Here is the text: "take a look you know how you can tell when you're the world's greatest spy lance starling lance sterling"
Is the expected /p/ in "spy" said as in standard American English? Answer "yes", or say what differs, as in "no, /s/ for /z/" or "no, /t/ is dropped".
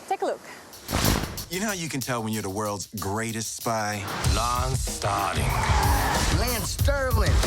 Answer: yes